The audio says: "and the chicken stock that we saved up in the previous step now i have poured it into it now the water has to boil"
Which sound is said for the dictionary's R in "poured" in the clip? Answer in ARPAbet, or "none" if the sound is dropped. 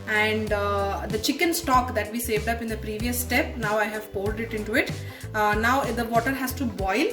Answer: L